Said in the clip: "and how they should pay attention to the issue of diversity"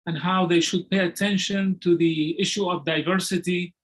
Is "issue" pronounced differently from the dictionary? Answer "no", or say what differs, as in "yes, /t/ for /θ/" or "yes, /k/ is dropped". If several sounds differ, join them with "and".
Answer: no